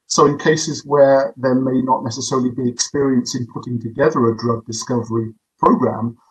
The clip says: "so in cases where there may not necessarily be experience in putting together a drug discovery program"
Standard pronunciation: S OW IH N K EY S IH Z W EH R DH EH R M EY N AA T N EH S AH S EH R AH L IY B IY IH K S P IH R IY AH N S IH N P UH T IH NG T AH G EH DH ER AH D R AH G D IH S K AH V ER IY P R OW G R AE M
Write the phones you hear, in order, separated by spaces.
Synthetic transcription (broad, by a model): S OW IH N K EY S IH Z W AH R DH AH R M EY N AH T N EH S AH S EH R AH L IY B IY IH K S P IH R IY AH N S IH N P UH T IH NG T AH G EH DH ER AH D R AH G D IH S K AH V ER IY P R OW G R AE M